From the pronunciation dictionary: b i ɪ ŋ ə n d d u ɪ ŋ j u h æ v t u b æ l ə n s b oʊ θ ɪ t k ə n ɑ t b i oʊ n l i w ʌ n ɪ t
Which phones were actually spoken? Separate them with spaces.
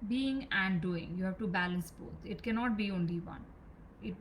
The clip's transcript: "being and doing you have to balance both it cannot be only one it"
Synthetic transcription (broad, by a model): b i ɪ ŋ ə n d d u ɪ ŋ j u h æ v t u b æ l ə n s b oʊ t ɪ t k ə n ɑ t b i oʊ n l i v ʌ n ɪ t